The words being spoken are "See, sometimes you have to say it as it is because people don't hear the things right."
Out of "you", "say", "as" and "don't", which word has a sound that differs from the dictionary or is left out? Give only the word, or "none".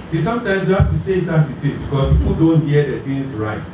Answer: as